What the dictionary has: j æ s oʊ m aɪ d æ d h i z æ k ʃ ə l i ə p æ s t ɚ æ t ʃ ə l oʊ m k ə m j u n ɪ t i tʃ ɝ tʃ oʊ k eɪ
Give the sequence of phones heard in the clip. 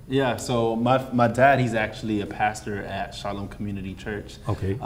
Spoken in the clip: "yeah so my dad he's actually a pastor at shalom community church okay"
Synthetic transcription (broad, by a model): j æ s oʊ m aɪ d æ d h i z æ k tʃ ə l i ə p æ s t ɚ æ t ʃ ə l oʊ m k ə m j u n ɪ t i tʃ ɝ tʃ oʊ k eɪ